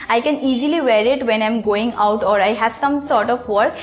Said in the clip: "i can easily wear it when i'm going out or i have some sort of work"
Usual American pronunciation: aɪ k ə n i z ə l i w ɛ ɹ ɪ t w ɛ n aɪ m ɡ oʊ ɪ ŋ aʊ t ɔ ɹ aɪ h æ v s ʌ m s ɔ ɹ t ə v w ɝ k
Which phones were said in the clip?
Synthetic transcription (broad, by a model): aɪ k ə n i z ə l i w ɛ ɹ ɪ t w ɛ n aɪ m ɡ oʊ ɪ ŋ aʊ t ɔ ɹ aɪ h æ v s ʌ m s ɔ ɹ t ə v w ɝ k